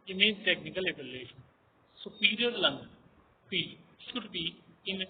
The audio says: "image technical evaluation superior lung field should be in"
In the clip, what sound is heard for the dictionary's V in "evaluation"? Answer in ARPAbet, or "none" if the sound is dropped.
B